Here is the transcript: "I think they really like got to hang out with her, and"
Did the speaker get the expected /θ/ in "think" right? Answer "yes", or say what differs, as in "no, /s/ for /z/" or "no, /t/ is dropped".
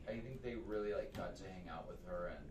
yes